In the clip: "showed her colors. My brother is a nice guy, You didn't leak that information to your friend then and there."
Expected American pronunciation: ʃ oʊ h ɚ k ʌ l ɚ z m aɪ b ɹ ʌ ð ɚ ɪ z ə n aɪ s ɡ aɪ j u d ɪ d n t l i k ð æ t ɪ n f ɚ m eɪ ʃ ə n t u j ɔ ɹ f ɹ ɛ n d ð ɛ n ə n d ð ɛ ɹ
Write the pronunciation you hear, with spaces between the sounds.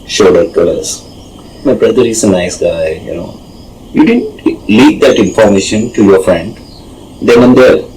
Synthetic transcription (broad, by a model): ʃ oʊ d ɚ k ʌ l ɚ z m aɪ b ɹ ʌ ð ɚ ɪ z ə n aɪ s ɡ aɪ j u d ɪ d n t l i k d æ t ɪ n f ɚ m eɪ ʃ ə n t u j ɔ ɹ f ɹ ɛ n d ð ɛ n ə n d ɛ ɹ